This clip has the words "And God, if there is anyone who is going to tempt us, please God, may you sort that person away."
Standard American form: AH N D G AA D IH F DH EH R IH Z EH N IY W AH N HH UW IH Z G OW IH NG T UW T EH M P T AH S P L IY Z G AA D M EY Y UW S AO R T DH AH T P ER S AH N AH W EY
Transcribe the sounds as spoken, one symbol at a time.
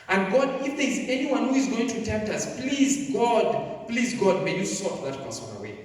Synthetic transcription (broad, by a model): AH N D G AA D IH F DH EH R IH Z EH N IY W AH N HH UW IH Z G OW IH NG T UW T EH M P T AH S P L IY Z G AA D M EY Y UW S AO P DH AH T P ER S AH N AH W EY